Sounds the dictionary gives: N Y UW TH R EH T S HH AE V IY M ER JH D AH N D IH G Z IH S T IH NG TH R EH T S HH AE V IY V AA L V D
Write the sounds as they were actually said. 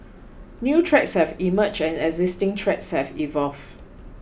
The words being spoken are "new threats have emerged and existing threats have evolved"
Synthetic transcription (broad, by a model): N Y UW T R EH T S HH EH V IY M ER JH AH N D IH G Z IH S T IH NG T R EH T S HH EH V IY V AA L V